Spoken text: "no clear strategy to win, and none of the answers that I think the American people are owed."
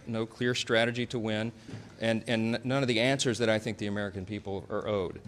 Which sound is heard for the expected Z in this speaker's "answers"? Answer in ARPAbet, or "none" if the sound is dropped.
Z